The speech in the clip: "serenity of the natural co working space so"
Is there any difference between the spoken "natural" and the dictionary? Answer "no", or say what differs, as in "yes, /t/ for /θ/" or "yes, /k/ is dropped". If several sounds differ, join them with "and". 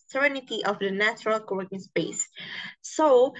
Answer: no